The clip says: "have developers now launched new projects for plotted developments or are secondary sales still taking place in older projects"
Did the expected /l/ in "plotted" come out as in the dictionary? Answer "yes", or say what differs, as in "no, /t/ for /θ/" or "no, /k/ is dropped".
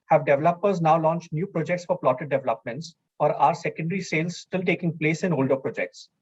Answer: yes